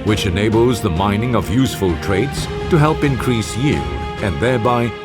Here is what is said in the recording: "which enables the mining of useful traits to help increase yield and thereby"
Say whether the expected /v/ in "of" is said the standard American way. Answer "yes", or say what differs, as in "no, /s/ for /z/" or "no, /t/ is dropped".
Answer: yes